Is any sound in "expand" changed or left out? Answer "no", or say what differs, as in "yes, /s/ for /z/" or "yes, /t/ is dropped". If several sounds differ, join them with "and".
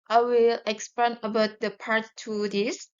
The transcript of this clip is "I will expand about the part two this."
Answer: yes, /d/ is dropped